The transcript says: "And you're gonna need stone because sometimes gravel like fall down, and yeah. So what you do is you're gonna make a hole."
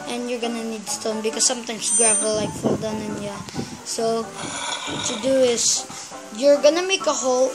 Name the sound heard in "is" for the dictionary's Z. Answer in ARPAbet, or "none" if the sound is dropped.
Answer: S